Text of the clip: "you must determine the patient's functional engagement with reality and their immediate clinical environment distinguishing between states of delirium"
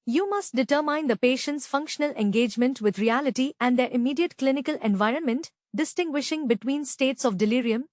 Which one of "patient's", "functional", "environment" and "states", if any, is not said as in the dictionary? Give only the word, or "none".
none